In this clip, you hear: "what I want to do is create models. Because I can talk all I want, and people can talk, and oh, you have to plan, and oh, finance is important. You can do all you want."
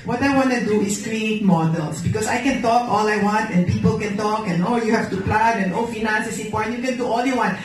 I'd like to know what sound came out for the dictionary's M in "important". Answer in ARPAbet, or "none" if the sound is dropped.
none